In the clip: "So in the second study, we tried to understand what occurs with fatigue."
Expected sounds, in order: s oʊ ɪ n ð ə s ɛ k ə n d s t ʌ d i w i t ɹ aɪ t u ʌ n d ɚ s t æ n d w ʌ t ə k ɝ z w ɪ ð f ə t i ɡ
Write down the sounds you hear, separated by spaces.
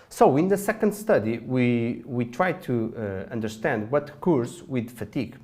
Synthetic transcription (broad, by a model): s oʊ ɪ n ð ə s ɛ k ə n d s t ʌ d i w i t ɹ aɪ t u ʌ n d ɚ s t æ n d w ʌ t k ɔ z w ɪ ð f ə t i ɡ